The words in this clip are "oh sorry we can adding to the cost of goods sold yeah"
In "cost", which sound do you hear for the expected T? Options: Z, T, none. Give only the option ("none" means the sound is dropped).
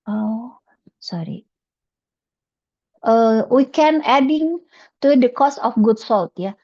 none